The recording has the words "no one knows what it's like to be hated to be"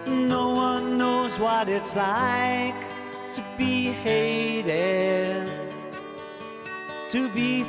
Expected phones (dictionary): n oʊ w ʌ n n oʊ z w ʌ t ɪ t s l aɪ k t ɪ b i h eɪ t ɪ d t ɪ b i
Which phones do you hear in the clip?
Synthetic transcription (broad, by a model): n oʊ w ʌ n n oʊ z w ʌ t ɪ t s l aɪ k t ɪ b i h eɪ t ɪ d t ɪ b i